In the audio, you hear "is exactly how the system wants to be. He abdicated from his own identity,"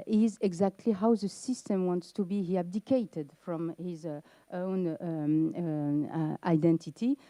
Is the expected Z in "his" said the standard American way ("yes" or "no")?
yes